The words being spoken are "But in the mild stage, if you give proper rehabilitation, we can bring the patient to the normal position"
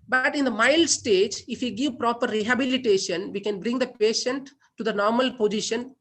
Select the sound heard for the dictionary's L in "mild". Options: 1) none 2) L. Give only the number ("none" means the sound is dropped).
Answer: 2